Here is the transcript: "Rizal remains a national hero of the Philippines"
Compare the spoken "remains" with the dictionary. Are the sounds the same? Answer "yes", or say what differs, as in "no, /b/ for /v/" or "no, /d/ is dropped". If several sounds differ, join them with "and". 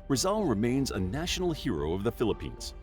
yes